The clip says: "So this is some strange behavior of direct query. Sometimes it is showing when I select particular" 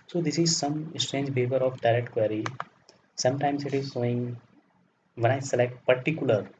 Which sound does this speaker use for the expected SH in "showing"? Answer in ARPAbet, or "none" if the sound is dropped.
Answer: S